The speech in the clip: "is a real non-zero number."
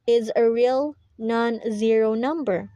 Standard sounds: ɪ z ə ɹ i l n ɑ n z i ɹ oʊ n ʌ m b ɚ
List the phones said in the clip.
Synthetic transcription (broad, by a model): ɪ z ə ɹ i l n ɑ n z i ɹ oʊ n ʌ m b ɚ